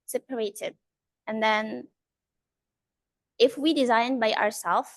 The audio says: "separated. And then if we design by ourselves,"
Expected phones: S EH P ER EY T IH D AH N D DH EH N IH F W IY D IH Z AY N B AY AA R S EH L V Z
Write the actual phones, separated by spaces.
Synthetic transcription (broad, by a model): S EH P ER EY T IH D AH N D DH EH N IH F W IY D IH Z AY N B AY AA R S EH L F